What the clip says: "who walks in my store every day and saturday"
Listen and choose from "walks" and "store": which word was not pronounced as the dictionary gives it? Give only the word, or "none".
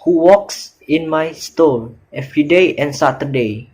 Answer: store